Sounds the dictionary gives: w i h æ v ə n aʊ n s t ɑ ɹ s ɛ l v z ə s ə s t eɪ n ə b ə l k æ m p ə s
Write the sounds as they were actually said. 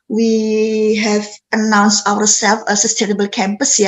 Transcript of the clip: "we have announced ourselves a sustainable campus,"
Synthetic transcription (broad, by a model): w i h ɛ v ə n aʊ n s t ɑ w s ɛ l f ə s ə s t eɪ n ə b ə l k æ m p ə s